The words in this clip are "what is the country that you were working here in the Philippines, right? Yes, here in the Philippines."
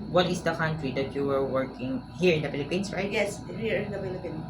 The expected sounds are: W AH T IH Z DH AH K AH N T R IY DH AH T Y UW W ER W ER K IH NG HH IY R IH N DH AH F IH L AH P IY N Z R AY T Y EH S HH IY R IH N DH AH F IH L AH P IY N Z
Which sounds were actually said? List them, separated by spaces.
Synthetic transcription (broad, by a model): W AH T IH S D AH K AH N T R IY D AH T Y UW W ER W ER K IH NG HH IY R IH N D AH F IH L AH P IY N S R AY T Y EH S HH IY R IH N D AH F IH L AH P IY N